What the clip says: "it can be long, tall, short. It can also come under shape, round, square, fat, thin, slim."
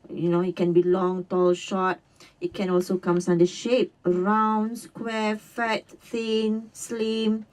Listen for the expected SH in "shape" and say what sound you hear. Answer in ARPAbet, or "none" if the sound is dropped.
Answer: SH